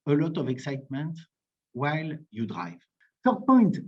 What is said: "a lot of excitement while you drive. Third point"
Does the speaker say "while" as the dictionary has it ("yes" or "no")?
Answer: yes